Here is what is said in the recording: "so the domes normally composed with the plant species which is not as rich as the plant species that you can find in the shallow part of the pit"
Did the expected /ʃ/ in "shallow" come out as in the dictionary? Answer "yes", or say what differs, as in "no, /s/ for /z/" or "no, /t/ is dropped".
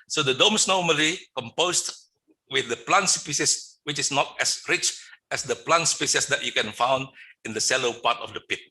no, /s/ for /ʃ/